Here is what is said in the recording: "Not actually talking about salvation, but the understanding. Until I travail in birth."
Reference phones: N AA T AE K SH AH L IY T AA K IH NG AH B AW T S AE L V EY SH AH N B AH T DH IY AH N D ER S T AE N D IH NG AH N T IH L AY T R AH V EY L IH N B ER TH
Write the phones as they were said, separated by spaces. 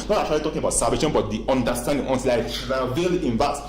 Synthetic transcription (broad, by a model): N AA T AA SH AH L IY T AA K IH NG AH B AW T S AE V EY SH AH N B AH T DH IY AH N D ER S T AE N D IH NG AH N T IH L AY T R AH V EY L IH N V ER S